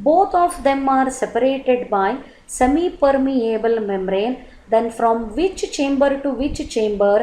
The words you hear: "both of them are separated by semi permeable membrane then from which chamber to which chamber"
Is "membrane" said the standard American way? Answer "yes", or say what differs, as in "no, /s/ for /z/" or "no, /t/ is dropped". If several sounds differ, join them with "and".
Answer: no, /b/ is dropped